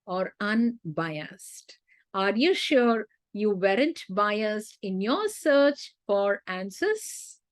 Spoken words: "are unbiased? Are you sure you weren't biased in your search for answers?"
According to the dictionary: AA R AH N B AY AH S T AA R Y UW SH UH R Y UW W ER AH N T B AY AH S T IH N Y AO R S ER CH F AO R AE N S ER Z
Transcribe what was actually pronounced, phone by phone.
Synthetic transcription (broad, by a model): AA R AH N B AY AH S T AA R Y UW SH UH R Y UW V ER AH N T B AY AH S T IH N Y AO R S ER CH F AO R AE N S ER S